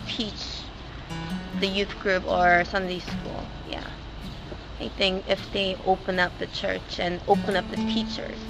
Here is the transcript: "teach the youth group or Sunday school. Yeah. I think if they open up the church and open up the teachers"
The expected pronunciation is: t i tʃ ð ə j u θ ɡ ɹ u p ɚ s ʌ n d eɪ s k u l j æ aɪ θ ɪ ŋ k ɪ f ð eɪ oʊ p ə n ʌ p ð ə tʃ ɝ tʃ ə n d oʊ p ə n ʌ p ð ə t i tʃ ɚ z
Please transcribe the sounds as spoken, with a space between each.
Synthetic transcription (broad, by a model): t i tʃ ð ə j u θ ɡ ɹ u p ɚ s ʌ n d eɪ s k u l j æ aɪ θ ɪ ŋ k ɪ f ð eɪ oʊ p ə n ʌ p ð ə tʃ ɝ tʃ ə n oʊ p ə n ʌ p ð ə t i tʃ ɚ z